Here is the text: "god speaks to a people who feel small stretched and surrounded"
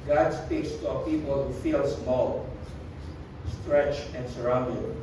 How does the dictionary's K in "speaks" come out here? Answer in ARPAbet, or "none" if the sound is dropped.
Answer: K